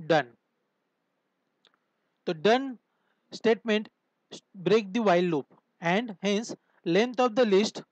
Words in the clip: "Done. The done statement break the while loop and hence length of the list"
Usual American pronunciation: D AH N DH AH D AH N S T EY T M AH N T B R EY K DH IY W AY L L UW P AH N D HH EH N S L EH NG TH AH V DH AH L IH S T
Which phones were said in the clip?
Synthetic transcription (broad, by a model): D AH N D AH D AH N S T EY T M AH N T B R EY K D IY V AY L L UW P AH N D HH EH N S L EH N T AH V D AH L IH S T